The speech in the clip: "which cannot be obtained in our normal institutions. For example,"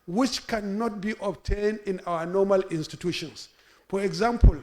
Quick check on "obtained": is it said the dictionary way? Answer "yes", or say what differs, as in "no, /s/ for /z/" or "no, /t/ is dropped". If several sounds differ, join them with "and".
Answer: yes